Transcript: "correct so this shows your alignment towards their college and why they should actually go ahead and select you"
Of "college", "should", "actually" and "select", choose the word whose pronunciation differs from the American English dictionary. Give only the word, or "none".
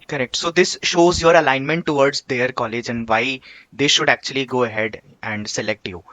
none